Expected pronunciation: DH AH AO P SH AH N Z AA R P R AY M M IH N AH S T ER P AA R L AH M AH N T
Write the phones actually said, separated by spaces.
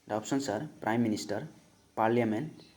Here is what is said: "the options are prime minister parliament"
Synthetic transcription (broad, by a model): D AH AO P S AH N S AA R P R AY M M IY N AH S T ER P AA R L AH M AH N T